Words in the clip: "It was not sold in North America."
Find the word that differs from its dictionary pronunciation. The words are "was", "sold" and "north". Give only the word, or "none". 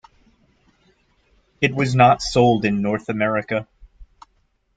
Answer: none